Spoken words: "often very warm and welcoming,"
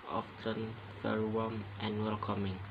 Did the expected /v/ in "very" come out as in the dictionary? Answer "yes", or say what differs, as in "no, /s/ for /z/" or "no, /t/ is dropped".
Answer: no, /f/ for /v/